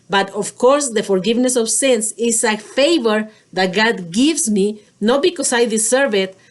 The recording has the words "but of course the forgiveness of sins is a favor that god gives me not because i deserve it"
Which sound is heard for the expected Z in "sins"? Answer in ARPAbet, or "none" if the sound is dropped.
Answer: S